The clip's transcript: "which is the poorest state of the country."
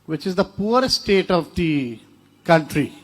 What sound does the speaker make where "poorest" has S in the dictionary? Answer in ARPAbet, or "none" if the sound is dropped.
none